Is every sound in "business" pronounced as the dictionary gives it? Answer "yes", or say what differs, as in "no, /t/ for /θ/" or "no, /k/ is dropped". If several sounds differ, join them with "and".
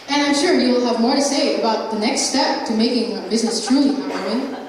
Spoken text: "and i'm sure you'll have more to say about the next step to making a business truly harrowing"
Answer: yes